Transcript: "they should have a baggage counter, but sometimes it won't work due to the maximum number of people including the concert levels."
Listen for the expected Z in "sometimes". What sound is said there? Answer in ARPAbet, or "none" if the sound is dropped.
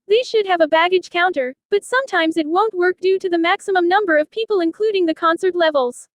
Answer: Z